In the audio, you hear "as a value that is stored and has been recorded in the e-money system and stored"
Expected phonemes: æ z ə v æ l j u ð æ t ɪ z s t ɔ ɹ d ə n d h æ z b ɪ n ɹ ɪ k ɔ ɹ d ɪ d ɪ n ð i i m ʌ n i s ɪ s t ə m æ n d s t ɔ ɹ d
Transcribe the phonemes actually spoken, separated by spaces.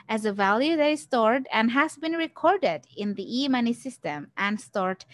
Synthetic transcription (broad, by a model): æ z ə v æ l j u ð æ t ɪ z s t ɔ ɹ d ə n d h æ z b ɪ n ɹ ɪ k ɔ ɹ d ɪ d ɪ n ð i i m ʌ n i s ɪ s t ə m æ n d s t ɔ ɹ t